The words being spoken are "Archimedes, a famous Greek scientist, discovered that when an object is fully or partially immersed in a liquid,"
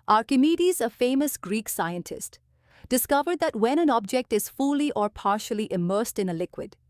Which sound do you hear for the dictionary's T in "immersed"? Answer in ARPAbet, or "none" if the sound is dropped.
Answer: T